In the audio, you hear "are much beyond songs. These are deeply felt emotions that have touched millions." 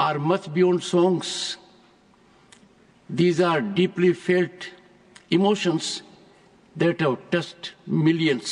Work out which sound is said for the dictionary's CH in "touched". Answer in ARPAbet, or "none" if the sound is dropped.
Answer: S